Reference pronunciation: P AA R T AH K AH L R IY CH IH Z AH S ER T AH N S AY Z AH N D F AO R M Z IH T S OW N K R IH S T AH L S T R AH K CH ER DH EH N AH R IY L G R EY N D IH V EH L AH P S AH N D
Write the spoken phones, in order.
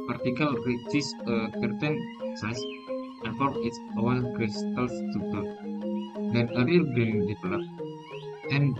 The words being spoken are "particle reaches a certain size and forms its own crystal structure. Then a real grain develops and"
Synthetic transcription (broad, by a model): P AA R T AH K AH L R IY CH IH S AH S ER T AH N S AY S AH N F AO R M IH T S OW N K R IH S T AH L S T UW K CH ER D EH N AH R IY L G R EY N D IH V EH L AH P AH N